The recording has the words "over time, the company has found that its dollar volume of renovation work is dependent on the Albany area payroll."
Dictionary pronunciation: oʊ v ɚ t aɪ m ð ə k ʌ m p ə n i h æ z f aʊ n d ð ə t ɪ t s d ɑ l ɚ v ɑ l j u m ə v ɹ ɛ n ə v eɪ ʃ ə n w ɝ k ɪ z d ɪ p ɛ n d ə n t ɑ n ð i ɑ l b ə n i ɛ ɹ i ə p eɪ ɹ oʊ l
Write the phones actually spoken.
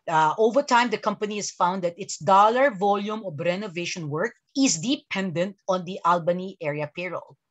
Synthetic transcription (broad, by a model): oʊ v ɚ t aɪ m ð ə k ʌ m p ə n i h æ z f aʊ n d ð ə t ɪ t s d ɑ l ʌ v ɑ l j u m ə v ɹ ɛ n ə v eɪ ʃ ə n w ɝ k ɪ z d ɪ p ɛ n d ə n t ɑ n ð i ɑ l b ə n i ɛ ɹ i ə p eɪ ɹ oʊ l